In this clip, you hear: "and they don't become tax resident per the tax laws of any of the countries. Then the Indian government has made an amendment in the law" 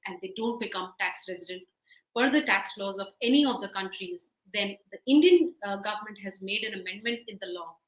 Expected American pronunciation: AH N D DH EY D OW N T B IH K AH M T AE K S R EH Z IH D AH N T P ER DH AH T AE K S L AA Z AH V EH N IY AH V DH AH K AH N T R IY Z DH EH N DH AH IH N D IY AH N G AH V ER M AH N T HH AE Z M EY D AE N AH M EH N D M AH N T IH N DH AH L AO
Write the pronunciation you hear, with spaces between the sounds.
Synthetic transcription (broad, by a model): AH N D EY D OW N T B IH K AH M T AE K S R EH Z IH D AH N T F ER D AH T AE K S L AA Z AH V EH N IY AH V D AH K AH N T R IY Z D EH N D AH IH N D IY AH N G AH V ER M AH N T HH AE Z M EY D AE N AH M EH N D M AH N T IH N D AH L AO